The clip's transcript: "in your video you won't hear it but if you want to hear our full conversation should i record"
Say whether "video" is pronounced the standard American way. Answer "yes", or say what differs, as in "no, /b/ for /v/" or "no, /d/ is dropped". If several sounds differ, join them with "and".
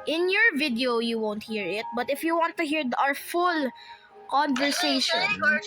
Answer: yes